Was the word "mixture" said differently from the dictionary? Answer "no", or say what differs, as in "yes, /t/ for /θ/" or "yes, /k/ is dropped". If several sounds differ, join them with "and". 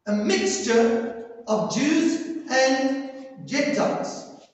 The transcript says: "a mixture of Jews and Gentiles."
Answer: no